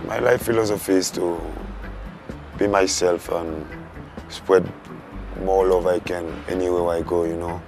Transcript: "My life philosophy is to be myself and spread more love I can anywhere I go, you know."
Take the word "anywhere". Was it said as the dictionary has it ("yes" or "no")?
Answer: no